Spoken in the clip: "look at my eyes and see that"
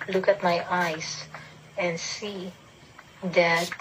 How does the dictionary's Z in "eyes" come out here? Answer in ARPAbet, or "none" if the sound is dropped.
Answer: S